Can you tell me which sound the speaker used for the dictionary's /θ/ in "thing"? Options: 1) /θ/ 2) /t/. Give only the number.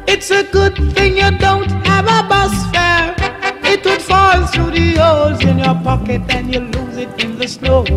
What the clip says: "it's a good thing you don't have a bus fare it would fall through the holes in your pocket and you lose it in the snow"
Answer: 1